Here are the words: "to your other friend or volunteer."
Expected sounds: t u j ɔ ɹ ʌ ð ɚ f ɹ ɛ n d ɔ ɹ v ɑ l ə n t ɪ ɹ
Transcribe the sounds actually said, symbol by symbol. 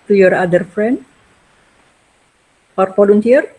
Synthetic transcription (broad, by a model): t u j ɔ ɹ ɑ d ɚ f ɹ ɛ n d ɔ ɹ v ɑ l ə n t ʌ ɹ